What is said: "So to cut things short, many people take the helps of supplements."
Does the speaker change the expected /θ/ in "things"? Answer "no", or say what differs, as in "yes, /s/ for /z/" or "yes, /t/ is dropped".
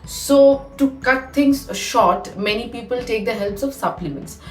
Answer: yes, /t/ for /θ/